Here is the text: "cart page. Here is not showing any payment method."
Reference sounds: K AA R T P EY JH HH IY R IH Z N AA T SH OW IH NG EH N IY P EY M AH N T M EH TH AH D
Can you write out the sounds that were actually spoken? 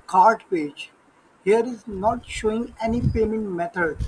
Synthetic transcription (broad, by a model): K AA R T P EY JH HH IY R IH Z N AA T SH OW IH NG EH N IY P EY M AH N T M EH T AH D